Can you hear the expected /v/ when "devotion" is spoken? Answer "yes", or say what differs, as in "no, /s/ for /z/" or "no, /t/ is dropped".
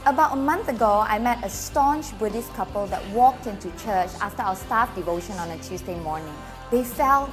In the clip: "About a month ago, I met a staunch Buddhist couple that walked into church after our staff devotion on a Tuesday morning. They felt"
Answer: yes